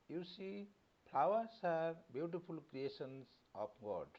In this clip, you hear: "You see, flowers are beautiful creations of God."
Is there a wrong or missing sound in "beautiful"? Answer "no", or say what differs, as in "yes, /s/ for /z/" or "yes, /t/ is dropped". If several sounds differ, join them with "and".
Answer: yes, /p/ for /f/